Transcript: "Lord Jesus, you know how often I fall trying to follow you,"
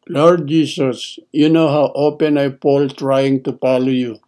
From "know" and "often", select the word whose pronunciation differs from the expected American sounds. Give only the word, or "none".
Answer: often